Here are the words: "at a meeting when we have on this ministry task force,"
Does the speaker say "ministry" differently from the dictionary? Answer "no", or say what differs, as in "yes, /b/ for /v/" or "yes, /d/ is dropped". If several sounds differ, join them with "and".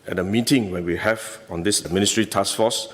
no